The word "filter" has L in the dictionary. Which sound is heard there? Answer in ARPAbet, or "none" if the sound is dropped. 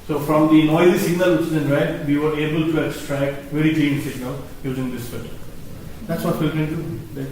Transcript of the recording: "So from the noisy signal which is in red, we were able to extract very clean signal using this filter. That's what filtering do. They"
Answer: none